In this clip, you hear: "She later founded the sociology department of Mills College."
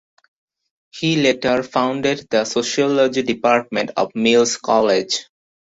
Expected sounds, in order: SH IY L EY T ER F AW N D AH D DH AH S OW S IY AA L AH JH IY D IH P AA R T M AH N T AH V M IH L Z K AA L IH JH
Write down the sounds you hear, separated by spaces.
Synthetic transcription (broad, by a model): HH IY L EY T ER F AW N D AH D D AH S OW SH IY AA L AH JH IY D IH P AA R T M AH N T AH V M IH L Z K AA L IH JH